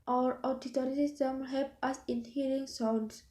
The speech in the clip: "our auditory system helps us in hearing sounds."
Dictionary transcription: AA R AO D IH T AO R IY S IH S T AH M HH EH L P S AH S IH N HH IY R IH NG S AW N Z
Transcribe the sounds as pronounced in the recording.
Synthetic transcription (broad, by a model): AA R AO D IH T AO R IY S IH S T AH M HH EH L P AH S IH N HH IY R IH NG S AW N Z